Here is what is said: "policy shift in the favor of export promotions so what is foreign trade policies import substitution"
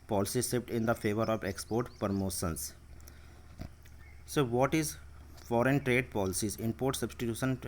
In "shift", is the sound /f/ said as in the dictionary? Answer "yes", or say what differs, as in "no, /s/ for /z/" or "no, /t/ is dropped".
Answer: no, /p/ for /f/